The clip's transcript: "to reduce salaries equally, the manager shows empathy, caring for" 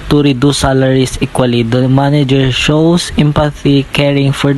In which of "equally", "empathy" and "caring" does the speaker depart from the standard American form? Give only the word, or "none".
none